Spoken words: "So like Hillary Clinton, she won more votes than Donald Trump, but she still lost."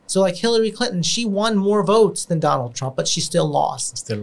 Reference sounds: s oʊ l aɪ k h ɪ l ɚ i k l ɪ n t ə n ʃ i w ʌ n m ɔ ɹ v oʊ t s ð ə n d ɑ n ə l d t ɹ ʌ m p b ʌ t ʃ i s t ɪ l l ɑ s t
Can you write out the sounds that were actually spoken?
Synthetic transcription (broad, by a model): s oʊ l aɪ k h ɪ l ɚ i k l ɪ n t n ʃ i w ʌ n m ɔ ɹ v oʊ t s ð ə n d ɑ n l d t ɹ ʌ m p b ʌ t ʃ i s t ɪ l l ɑ s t